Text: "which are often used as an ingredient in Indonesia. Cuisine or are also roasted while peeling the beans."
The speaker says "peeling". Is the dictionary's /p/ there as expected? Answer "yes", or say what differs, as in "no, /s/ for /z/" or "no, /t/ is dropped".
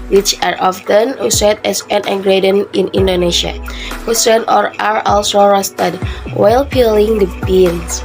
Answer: yes